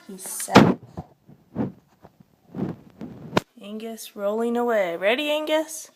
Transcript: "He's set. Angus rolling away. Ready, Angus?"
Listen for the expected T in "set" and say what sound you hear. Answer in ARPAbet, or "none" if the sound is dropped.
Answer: none